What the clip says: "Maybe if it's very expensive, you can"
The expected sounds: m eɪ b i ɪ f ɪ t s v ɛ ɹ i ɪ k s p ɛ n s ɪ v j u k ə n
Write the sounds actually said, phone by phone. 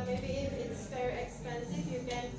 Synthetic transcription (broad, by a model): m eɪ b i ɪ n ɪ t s f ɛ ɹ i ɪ k s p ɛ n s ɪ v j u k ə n